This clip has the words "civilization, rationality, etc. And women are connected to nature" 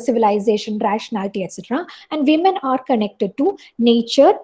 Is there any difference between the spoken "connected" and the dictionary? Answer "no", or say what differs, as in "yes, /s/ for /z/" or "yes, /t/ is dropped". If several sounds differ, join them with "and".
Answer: no